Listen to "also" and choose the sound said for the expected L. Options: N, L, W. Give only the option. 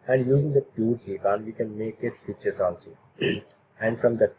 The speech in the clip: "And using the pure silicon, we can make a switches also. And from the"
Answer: N